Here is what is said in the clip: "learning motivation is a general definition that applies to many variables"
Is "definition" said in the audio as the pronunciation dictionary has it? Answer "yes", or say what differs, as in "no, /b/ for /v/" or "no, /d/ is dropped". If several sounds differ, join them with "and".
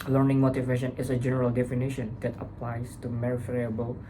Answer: yes